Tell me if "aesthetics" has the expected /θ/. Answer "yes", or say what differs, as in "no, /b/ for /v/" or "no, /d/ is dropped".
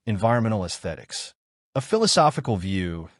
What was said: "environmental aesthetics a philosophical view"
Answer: yes